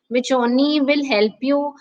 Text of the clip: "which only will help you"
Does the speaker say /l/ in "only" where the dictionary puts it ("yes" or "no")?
no